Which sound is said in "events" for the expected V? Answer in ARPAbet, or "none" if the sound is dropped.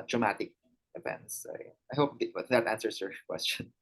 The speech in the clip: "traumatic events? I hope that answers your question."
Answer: P